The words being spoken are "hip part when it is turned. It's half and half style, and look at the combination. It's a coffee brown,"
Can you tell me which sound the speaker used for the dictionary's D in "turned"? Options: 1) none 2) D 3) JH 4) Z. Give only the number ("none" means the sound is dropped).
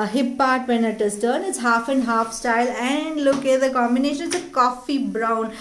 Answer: 1